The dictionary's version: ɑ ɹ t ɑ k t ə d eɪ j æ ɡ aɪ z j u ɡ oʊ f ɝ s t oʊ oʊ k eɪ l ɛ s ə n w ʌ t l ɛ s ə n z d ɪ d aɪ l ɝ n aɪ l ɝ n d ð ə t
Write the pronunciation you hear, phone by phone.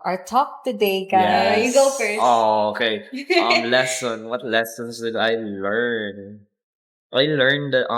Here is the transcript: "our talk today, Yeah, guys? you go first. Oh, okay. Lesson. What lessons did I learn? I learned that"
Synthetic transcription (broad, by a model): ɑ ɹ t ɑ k t ə d eɪ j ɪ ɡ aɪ j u ɡ oʊ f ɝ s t oʊ oʊ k eɪ l ɛ s ə n w ʌ t l ɛ s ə n s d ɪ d aɪ l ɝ n aɪ l ɝ n d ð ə t